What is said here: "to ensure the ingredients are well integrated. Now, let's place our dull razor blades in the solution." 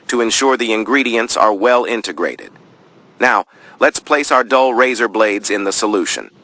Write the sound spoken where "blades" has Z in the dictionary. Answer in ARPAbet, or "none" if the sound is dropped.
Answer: Z